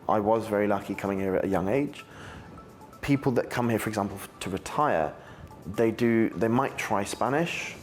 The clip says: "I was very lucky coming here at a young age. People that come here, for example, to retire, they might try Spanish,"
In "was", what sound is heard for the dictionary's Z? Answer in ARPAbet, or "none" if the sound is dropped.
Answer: Z